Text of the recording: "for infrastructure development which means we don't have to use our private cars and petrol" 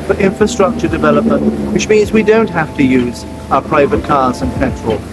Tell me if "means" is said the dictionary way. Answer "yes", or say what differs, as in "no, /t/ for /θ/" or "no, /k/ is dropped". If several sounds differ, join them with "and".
yes